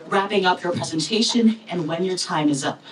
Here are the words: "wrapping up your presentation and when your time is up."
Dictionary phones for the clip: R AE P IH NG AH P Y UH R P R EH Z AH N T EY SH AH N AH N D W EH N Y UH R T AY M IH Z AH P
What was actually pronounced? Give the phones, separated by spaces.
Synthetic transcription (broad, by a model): R AE P IH NG AH P Y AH R P R EH Z AH N T EY SH AH N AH N W EH N Y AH R T AY M IH Z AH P